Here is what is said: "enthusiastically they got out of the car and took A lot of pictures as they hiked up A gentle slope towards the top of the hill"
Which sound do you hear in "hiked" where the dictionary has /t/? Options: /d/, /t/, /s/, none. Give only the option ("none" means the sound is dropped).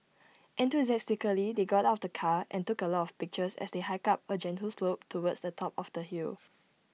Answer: none